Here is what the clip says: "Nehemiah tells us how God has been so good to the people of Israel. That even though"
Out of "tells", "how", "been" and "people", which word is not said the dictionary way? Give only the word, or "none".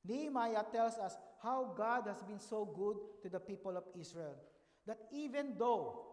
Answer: tells